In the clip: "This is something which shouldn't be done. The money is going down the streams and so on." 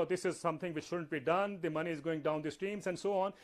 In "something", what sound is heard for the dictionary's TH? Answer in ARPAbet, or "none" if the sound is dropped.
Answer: T